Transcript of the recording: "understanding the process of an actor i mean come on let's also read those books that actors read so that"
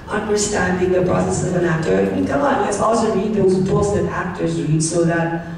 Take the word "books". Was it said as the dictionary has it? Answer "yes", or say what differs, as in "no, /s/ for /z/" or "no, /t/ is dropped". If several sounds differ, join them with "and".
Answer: no, /k/ is dropped